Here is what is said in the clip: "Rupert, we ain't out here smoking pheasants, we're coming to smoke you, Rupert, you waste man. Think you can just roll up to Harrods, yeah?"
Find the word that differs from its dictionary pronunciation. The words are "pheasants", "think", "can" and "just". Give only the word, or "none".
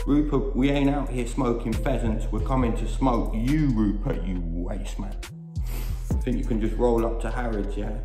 none